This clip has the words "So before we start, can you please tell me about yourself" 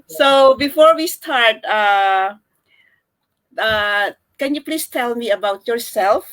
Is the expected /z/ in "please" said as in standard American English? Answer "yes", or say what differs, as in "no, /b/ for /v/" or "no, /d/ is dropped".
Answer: no, /s/ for /z/